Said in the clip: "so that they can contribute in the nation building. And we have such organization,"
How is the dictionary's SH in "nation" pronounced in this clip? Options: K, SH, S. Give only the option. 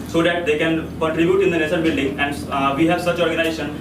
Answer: S